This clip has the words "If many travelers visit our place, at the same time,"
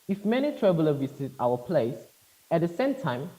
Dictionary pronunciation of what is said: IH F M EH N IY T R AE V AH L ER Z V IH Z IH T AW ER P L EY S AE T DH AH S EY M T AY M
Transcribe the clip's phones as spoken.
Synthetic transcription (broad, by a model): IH F M EH N IY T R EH B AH L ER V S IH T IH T AW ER P L EY S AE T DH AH S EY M T AY M